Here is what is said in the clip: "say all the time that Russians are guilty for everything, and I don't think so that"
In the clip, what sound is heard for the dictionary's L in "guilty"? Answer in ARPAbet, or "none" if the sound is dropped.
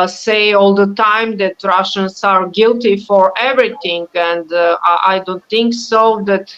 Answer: L